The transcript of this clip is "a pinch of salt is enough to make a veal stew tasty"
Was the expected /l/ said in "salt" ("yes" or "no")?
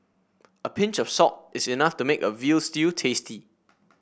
no